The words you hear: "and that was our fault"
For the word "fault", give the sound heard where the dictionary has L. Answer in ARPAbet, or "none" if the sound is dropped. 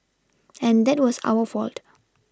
L